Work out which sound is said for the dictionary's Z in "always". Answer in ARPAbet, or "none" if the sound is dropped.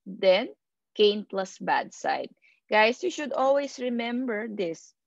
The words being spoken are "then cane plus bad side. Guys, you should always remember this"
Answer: S